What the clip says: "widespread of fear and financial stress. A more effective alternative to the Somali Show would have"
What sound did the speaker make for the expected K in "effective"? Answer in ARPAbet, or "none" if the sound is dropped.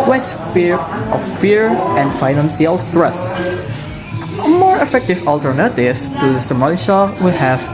K